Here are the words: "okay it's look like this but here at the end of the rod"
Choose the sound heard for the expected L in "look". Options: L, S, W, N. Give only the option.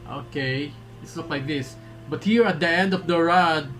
N